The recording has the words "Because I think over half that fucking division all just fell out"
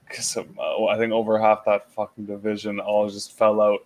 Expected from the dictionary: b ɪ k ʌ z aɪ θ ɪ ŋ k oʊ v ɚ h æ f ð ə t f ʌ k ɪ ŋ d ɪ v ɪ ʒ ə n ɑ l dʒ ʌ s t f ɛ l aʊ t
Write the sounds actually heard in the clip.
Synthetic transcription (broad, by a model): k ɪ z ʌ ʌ aɪ θ ɪ ŋ k oʊ v ɚ h æ f ð ə t f ʌ k ɪ ŋ d ɪ v ɪ ʒ ə n ɑ l dʒ ʌ s t f ɛ l aʊ t